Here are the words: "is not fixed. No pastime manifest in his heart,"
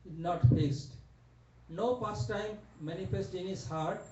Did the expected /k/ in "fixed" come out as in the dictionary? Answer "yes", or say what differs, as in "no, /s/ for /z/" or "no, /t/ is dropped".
no, /k/ is dropped